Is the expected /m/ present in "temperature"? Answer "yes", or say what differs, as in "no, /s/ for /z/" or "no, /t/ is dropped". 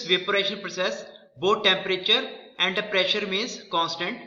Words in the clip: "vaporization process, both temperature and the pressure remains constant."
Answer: yes